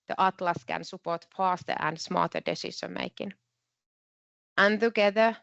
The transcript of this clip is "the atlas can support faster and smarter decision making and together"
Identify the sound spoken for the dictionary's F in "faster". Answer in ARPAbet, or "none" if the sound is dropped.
P